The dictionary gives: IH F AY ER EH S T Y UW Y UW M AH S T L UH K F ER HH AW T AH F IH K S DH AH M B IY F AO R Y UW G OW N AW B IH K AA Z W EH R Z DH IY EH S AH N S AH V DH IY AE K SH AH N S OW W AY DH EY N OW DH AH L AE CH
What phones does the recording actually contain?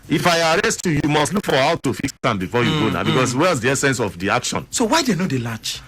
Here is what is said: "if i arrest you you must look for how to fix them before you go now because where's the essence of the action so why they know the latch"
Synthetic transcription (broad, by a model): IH F AY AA EH S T Y UW Y UW M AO S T L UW K F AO HH AW T AH F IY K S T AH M B IY F AO Y UW G OW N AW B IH K AA S W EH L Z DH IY EH S AH N S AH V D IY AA K SH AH N S OW W AY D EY N OW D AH L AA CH